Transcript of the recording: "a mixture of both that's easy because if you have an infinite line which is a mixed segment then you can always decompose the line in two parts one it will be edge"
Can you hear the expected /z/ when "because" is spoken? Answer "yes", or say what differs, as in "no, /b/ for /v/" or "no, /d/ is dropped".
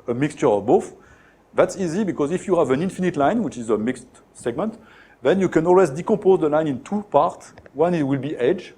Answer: yes